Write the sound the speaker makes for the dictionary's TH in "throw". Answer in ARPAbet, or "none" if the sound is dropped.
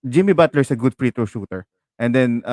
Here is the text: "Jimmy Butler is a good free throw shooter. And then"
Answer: T